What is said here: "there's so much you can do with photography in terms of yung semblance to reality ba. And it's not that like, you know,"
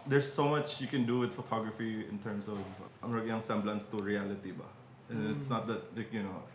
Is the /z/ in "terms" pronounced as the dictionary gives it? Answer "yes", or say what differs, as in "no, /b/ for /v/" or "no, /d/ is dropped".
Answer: no, /s/ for /z/